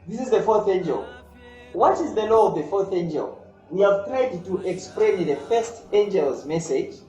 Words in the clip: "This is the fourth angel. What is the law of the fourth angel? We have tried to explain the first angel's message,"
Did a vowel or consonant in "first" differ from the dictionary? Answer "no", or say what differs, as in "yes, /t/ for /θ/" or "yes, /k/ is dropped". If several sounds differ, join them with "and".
no